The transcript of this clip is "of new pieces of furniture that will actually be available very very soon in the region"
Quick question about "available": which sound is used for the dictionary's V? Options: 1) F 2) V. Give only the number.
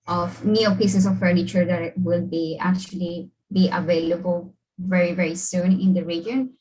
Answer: 2